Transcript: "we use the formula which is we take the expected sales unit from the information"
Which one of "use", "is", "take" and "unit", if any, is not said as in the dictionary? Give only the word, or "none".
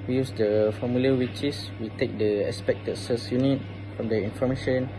is